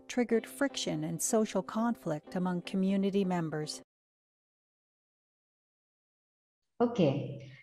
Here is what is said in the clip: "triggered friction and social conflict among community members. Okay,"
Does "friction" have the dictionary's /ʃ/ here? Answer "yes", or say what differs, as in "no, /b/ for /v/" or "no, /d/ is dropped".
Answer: yes